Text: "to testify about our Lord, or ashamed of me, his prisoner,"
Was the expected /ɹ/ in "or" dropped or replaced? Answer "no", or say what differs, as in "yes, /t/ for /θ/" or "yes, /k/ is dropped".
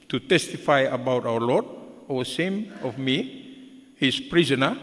yes, /w/ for /ɹ/